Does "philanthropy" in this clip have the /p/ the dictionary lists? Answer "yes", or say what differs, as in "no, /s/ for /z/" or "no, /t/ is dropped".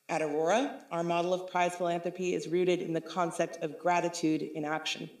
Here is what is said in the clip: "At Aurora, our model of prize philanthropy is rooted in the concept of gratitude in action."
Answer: yes